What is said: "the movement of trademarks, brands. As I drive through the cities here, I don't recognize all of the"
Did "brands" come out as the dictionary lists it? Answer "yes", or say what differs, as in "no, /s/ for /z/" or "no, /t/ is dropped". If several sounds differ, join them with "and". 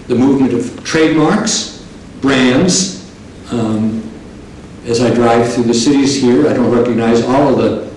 yes